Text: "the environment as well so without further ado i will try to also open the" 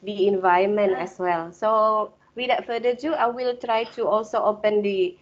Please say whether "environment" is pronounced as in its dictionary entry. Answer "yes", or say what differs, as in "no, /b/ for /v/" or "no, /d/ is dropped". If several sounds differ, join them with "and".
no, /ɹ/ is dropped